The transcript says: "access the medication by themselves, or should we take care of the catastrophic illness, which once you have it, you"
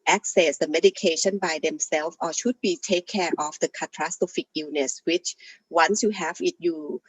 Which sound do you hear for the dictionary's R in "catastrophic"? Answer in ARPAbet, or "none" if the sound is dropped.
none